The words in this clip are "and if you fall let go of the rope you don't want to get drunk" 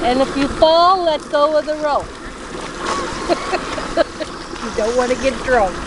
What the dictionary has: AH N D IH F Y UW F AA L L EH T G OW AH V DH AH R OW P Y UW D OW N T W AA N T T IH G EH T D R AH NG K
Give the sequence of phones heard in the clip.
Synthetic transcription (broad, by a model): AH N IH F Y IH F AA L L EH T G OW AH W DH AH R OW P Y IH D OW N T W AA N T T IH G EH T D R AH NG K